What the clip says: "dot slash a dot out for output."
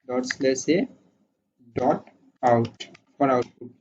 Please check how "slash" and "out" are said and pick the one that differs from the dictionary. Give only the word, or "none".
slash